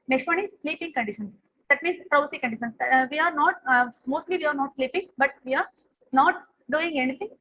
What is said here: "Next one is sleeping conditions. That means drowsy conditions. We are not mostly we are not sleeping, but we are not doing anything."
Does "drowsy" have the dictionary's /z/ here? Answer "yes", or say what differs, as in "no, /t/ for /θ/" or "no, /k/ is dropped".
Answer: no, /s/ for /z/